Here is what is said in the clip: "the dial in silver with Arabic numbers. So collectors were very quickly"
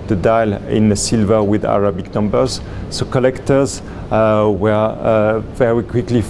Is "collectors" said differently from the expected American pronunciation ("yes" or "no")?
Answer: no